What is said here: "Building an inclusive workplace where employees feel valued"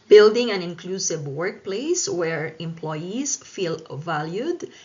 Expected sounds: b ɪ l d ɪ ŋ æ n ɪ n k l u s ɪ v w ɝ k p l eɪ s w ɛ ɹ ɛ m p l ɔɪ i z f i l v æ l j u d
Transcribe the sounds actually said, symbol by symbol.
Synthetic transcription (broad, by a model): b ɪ l d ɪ ŋ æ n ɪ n k l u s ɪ v w ɝ k p l eɪ s w ɛ ɹ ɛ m p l ɔɪ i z f i l v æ l j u d